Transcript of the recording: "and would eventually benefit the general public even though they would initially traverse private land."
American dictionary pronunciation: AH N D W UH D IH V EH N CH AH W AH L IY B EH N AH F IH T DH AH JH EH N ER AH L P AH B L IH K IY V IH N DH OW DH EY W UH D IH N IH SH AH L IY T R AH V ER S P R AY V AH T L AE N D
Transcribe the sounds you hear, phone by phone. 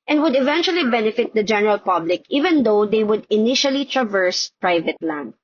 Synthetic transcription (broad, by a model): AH N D W UH D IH V EH N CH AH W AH L IY B EH N AH F IH T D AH JH EH N ER AH L P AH B L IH K IY V IH N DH OW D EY W UH D IH N IH SH AH L IY T R AH V ER S P R AY V AH T L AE N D